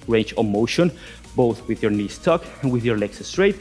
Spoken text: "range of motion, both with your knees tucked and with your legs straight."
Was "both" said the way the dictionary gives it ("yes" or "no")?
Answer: yes